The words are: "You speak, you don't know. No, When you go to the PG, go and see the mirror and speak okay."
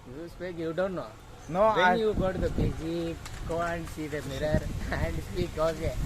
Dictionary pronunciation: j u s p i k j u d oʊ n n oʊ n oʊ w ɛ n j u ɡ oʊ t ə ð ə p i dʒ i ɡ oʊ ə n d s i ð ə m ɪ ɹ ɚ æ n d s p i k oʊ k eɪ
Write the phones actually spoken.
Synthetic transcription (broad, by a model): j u s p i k j u d oʊ n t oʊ n oʊ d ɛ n j u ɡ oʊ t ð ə b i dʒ i ɡ oʊ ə n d s i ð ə m ɪ ɹ ɚ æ n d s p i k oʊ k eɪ